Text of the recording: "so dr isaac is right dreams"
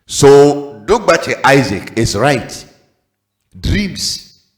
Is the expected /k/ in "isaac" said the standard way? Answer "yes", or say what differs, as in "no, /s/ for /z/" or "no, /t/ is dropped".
yes